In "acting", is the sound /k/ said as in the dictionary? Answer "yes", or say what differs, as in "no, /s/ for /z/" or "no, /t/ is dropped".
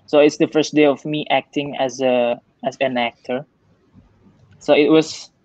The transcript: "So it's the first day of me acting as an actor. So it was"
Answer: yes